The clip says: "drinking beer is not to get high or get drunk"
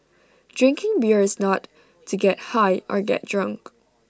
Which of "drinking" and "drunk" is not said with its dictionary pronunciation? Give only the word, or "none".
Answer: none